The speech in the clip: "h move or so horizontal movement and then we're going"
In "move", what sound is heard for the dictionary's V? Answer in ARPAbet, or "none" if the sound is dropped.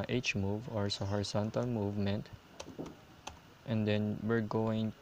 V